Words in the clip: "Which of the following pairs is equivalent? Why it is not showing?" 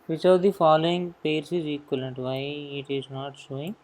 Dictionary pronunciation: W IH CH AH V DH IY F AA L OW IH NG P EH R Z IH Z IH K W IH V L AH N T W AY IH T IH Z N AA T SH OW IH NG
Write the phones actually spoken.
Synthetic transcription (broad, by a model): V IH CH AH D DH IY F AA L OW IH NG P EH R S IH Z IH K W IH L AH N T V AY IH T IH Z N AA T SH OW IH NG